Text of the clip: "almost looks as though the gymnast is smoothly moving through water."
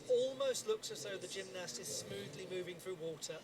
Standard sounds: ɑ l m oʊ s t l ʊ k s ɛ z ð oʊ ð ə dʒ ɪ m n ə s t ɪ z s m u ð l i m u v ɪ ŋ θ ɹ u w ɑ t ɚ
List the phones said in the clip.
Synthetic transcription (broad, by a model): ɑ l m oʊ s t l ʊ k s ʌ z ð oʊ ð ə dʒ ɪ m n ə s t ɪ z s m u ð l i m u v ɪ ŋ θ ɹ u w ɑ t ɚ